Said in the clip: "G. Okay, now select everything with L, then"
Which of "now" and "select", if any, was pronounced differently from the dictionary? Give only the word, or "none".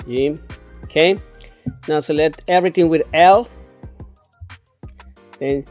select